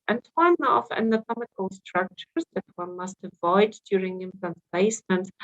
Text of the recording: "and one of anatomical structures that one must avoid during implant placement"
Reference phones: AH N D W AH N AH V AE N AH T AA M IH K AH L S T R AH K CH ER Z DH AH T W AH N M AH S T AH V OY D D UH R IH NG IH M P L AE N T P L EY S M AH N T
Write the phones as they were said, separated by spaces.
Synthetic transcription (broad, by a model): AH N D W AH N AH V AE N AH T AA M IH K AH L S T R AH K CH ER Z DH AH T W AH N M AH S T AH V OY D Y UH R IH NG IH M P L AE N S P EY S M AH N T